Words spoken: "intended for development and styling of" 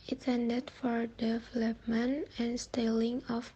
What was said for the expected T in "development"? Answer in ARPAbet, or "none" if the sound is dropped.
none